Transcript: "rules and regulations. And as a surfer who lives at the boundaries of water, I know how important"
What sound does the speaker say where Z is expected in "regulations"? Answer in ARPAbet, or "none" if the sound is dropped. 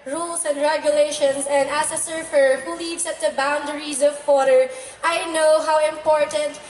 S